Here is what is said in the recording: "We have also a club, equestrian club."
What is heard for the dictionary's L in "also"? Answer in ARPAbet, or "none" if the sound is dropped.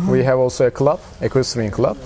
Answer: L